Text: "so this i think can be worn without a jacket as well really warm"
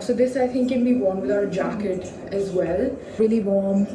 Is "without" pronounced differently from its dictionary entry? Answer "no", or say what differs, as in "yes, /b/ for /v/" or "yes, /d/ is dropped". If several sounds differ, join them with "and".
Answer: yes, /t/ is dropped